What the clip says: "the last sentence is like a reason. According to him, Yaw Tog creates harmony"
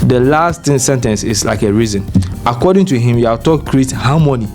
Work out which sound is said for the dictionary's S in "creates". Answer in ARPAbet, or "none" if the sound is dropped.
none